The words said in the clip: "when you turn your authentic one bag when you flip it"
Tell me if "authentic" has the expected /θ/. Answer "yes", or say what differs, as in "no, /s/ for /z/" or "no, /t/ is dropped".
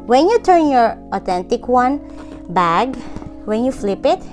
no, /t/ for /θ/